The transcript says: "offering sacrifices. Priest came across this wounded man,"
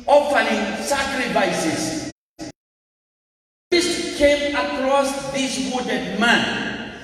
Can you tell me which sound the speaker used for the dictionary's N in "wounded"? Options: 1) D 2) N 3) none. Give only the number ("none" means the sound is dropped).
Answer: 3